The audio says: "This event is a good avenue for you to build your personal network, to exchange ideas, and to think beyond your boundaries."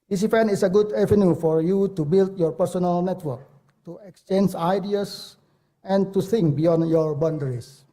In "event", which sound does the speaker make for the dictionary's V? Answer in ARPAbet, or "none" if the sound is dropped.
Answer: F